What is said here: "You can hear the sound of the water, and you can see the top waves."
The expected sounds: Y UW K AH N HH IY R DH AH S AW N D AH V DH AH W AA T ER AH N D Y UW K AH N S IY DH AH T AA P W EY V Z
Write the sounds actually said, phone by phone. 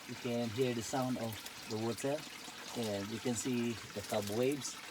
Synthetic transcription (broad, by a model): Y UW K AH N HH IY R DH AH S AW N D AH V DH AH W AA S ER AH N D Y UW K AH N S IY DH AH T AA B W EY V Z